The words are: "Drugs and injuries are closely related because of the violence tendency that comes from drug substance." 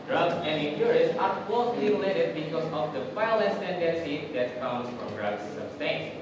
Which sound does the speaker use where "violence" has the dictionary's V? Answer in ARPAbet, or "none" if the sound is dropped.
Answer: F